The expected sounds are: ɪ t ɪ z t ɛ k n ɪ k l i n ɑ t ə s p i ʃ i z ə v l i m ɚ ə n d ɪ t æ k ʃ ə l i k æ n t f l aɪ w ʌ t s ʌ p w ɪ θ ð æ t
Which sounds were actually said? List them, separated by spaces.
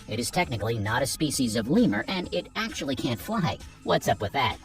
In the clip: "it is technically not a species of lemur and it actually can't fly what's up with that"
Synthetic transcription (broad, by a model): ɪ t ɪ z t ɛ k n ɪ k l i n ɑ t ə s p i ʃ i z ə v l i m ɚ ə n ɪ t æ k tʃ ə l i k æ n t f l aɪ w ʌ t s ʌ p w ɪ ð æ t